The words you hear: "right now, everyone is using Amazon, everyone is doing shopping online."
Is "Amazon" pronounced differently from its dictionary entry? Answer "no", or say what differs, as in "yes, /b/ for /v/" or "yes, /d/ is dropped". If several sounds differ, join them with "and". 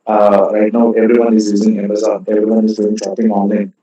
yes, /n/ is dropped